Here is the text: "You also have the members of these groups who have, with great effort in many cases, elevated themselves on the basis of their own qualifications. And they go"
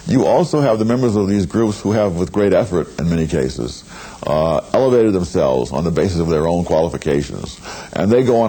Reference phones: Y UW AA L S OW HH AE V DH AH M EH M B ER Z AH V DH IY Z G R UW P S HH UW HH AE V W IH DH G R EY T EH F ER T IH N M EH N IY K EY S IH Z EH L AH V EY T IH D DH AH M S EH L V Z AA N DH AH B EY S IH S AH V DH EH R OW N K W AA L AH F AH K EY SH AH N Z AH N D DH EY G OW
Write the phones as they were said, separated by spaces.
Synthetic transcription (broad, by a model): Y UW AA L S OW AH V DH AH M EH M B ER Z AH V DH IY Z G R UW P S HH UW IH V W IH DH G R EY T EH F ER T IH N M EH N IY K EY S IH Z EH L AH V EY T IH D DH AH M S EH L V Z N DH AH B EY S IH S AH V DH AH R OW N K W AA L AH F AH K EY SH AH N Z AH N DH EY G OW